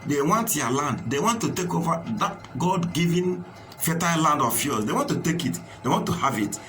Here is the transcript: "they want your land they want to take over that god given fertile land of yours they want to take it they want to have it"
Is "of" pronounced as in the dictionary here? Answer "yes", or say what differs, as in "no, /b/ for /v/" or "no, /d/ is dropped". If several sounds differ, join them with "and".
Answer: no, /f/ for /v/